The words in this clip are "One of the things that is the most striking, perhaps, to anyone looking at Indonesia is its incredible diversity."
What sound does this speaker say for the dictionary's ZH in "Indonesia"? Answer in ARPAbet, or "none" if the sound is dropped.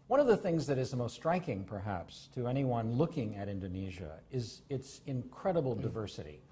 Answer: ZH